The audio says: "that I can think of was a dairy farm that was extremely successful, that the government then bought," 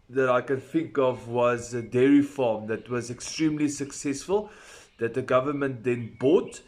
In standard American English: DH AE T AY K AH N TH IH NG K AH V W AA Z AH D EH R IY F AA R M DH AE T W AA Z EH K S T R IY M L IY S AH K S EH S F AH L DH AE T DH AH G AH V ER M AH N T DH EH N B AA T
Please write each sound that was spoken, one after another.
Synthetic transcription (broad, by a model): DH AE T AY K AH N TH IH NG K AH V W AA Z AH D EH R IY F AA M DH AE T W AA Z EH K S T R IY M L IY S AH K S EH S F AH L DH AE T DH AH G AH V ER M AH N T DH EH N B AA T